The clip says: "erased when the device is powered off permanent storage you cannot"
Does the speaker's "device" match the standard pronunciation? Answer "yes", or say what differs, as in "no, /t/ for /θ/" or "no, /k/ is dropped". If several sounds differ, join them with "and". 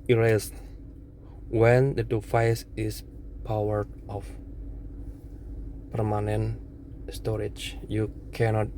no, /f/ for /v/